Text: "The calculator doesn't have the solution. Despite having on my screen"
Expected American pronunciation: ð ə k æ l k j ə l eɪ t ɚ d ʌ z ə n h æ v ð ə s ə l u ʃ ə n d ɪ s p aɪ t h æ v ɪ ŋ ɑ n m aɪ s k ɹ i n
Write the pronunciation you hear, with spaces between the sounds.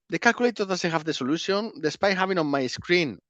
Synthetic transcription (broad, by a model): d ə k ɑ l k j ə l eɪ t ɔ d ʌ s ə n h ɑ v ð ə s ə l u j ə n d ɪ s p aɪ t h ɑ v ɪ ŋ ɑ n m aɪ s k ɹ i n